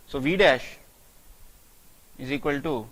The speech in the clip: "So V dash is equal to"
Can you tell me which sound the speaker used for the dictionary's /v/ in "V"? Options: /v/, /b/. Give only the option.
/v/